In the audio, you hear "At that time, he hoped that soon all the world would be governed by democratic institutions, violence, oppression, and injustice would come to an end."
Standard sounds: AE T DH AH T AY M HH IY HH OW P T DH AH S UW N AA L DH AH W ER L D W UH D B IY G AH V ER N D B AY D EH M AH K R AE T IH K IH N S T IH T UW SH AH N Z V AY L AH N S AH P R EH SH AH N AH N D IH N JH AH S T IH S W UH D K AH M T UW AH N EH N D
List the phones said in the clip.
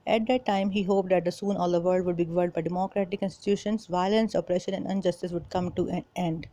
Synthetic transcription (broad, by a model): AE T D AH T AY M HH IY HH OW P T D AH S UW N AA L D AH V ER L D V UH D B IY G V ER D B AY D EH M AH K R AE T IH K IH N S T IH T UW SH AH N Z V AY L AH N S AH P R EH SH AH N AH N D IH N JH AH S T IH S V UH D K AH M T UW AH N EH N D